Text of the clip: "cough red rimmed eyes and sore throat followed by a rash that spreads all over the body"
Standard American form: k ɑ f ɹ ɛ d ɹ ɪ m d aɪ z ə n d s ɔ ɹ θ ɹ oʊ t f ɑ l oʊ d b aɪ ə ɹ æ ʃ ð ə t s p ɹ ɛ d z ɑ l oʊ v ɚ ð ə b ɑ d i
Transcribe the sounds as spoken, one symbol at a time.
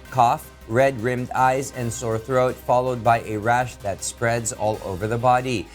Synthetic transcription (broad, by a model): k ɑ f ɹ ɛ d ɹ ɪ m d aɪ z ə n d s ɔ ɹ θ ɹ oʊ t f ɑ l oʊ d b aɪ ə ɹ æ ʃ ð ə t s p ɹ ɛ d z ɑ l oʊ v ɚ ð ə b ɑ d i